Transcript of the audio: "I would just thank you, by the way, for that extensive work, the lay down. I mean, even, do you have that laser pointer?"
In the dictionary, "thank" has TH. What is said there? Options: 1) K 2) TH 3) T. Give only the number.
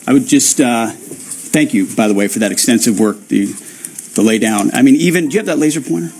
2